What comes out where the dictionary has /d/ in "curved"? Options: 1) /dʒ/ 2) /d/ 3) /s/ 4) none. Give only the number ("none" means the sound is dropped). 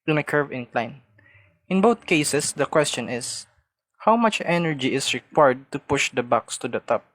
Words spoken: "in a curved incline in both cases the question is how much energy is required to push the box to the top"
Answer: 4